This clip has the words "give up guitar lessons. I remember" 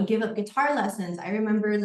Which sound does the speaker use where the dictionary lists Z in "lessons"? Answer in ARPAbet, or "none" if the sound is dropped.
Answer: Z